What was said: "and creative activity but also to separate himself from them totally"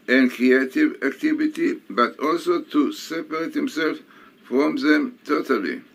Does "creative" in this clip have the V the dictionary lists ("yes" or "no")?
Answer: yes